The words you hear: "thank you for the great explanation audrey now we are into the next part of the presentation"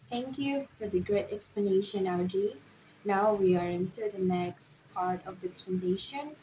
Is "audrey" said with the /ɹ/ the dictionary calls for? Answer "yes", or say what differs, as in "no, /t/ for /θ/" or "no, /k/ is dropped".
no, /ɹ/ is dropped